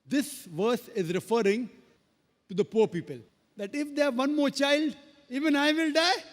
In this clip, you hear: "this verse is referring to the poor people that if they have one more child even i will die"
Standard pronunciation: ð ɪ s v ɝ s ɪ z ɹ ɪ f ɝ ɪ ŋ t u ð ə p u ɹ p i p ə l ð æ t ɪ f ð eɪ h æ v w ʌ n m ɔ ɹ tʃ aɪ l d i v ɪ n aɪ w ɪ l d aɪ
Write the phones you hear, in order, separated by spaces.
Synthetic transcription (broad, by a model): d ɪ s v ɝ s ɪ z ɹ ɪ f ɝ ɪ ŋ t u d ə p u ɹ p i p ə l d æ t ɪ f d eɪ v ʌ n m ɔ ɹ tʃ aɪ l d i v ɪ n aɪ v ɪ l d aɪ